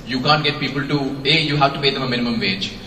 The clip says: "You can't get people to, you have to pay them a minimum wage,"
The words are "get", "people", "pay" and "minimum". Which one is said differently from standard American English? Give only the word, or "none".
pay